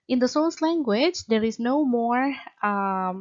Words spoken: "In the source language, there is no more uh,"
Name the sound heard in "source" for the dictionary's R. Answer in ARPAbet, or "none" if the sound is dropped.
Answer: L